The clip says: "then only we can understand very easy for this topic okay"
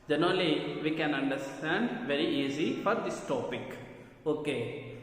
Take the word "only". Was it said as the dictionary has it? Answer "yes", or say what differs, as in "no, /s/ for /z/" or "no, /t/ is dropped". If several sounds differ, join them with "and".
no, /n/ is dropped